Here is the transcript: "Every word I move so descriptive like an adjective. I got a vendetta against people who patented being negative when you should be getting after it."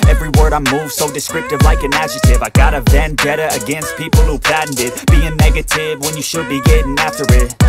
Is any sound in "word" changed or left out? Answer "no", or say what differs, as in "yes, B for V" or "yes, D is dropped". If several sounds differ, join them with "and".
no